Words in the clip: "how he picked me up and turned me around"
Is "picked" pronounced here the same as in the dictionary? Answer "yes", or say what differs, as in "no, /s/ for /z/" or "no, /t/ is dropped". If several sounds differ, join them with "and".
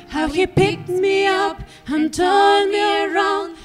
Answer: yes